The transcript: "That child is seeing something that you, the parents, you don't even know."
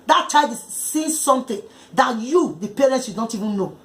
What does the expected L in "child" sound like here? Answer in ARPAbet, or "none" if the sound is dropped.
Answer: none